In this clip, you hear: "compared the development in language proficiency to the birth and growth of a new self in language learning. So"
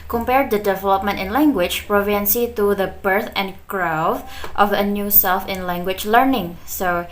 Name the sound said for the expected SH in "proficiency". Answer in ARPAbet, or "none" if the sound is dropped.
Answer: none